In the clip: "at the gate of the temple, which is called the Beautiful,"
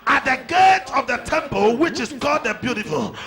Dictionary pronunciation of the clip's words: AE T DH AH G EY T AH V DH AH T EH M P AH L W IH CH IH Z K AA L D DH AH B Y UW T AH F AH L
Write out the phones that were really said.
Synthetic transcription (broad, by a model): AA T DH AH G EY T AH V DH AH T EH M P AH L W IH CH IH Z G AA D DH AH B Y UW T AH F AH L